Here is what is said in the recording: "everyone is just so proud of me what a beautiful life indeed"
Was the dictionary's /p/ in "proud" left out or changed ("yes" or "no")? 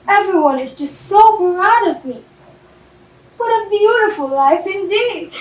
yes